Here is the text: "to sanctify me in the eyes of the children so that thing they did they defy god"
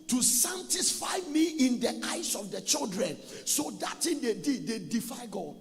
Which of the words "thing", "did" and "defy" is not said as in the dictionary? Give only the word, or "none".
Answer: thing